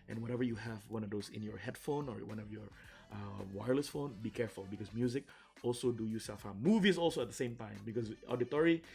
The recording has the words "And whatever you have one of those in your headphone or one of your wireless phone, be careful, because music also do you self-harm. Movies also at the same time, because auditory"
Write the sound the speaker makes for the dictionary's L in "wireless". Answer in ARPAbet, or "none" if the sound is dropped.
L